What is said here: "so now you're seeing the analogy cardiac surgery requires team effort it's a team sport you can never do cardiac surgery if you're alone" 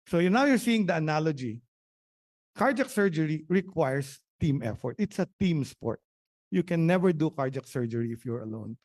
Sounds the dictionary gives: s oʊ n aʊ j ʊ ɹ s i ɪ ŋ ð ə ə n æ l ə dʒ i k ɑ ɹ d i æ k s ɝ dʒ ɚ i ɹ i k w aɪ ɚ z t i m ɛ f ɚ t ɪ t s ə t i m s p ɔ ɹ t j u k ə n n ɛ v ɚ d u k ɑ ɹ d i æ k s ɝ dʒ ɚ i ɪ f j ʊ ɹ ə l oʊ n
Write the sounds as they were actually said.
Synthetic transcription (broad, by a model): s oʊ n aʊ j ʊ ɹ s i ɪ ŋ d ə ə n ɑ l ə dʒ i k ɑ ɹ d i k s ɝ dʒ ɚ i ɹ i k w aɪ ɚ s t i m ɛ f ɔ t ɪ t s ə t i m s p ɔ ɹ t j u k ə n n ɛ v ɚ d u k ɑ ɹ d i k s ɝ dʒ ɚ i ɪ f j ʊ ɹ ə l oʊ n